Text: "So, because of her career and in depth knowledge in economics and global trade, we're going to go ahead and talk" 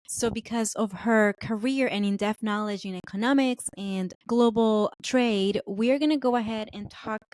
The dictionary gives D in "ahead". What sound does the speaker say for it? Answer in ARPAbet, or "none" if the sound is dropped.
D